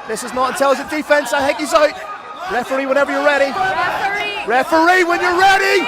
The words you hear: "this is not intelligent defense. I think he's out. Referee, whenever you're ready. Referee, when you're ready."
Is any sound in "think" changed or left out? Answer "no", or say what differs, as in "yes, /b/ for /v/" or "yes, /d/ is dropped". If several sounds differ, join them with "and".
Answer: yes, /ŋ/ is dropped